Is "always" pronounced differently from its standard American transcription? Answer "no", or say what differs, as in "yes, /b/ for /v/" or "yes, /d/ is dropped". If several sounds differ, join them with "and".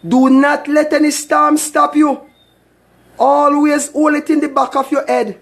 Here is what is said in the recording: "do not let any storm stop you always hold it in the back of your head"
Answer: no